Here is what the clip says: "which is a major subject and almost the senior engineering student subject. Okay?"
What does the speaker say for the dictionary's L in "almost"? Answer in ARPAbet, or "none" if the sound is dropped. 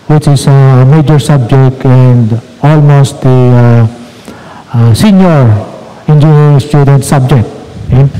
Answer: L